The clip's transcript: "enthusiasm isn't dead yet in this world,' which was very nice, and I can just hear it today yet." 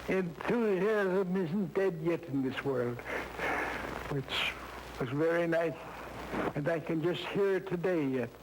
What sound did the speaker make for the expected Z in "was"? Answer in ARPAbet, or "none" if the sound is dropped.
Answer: Z